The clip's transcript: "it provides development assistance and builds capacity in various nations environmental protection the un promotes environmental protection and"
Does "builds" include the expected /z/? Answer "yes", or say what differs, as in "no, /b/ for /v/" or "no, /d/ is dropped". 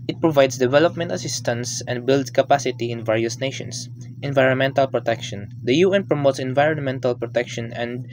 no, /s/ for /z/